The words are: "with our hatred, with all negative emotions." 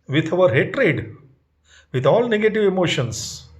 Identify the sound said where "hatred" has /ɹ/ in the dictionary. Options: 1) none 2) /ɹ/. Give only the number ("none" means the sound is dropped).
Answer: 2